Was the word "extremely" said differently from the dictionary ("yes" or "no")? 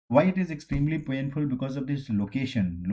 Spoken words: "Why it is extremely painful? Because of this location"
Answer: no